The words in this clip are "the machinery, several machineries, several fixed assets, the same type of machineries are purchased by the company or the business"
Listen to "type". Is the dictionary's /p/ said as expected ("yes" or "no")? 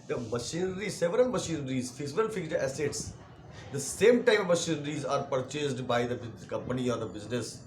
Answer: no